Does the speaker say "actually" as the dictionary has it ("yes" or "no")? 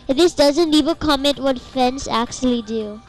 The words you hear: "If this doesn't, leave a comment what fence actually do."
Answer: yes